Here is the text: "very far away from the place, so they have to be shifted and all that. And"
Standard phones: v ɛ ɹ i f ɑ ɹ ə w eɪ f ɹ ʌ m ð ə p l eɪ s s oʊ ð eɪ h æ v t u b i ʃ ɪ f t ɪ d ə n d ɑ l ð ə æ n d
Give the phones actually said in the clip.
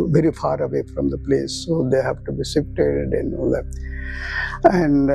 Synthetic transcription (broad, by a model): v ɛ ɹ i f ɑ ɹ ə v eɪ f ɹ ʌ m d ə p l eɪ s s oʊ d eɪ h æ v t u b i s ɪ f t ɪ d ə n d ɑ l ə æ n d